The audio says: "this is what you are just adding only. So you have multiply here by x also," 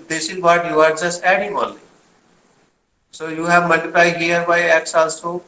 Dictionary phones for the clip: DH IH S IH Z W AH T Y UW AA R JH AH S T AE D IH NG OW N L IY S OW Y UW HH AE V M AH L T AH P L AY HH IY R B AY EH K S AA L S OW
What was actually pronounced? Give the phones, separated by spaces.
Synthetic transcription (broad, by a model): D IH S IH Z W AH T Y UW AA R JH AH S T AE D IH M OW L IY S OW Y UW HH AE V M AH L T AH P L AY HH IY R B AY EH K S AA L S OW